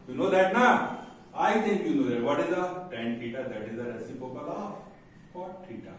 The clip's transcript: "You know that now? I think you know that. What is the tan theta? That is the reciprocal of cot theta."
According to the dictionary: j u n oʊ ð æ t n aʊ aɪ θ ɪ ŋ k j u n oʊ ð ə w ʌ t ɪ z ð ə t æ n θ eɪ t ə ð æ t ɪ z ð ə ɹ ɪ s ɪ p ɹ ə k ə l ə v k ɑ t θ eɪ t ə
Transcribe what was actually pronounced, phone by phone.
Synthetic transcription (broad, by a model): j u n oʊ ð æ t n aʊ aɪ t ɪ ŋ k j u n oʊ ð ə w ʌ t ɪ z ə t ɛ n t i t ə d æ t ɪ z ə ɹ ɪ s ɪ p ə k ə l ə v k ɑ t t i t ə